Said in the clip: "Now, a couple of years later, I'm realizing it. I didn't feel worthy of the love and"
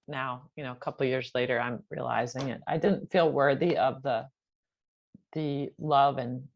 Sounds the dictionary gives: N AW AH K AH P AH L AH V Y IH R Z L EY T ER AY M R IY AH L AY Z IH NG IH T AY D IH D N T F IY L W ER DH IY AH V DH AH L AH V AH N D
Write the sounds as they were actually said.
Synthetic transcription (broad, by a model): N AW AH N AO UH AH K AH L Y IH R Z L EY T ER AY M R IY AH L AY Z IH NG IH T AY D IH D N T F IY L W ER DH IY AH V DH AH L AH V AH N